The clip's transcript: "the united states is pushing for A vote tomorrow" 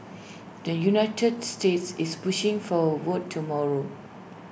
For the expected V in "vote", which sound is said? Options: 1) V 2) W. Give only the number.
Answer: 2